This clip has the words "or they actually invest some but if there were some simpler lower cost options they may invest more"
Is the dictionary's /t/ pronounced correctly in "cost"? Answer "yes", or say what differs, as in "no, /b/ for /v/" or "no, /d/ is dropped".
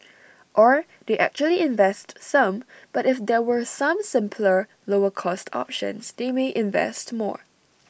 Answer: yes